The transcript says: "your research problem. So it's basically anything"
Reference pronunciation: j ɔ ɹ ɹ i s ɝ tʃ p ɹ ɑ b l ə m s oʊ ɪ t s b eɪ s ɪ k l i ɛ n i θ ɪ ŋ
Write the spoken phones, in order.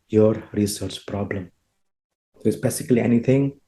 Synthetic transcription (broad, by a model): j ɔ ɹ ɹ i s ɝ tʃ p ɹ ɑ b l ə m s oʊ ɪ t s b eɪ s ɪ k l i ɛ n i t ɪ ŋ